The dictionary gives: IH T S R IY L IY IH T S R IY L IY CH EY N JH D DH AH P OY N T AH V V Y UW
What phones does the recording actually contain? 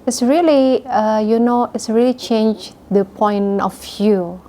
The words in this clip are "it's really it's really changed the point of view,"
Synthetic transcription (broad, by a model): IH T S R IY L IY IH T S R IY L IY CH EY N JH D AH P OY N AH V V Y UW